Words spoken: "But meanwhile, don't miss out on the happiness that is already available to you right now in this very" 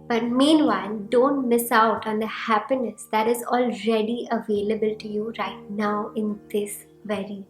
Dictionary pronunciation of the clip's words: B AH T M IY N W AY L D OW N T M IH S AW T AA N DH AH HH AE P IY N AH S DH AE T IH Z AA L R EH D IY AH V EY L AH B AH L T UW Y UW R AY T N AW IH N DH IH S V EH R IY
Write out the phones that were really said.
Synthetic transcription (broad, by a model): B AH T M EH N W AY N D OW N T M IH S AW T AA N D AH HH AE P IY N AH S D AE T IH Z AA L R EH D IY AH V EY L AH B AH L T UW Y UW R AY T N AW IH N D IH S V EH R IY